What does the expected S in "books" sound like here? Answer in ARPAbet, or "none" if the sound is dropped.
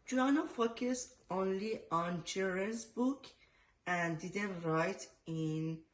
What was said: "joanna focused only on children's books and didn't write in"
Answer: none